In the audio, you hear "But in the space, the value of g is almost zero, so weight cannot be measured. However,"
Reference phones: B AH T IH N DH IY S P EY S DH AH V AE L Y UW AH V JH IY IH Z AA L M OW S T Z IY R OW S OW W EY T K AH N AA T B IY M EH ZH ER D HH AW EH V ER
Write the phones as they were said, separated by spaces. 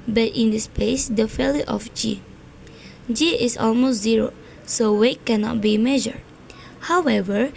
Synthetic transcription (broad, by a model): B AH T IH N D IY S P EY S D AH F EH L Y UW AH JH IY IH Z AA L M OW S T Z IY R OW S OW W EY T K AH N AA T B IY M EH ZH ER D HH AW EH V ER